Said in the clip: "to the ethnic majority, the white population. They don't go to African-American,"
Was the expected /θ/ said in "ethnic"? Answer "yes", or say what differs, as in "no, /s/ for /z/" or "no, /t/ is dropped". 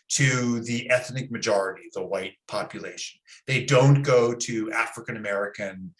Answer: yes